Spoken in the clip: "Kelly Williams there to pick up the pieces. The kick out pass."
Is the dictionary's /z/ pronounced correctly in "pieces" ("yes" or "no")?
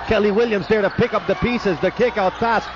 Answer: yes